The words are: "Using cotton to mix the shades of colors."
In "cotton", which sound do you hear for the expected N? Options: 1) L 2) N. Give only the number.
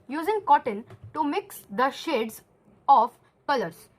2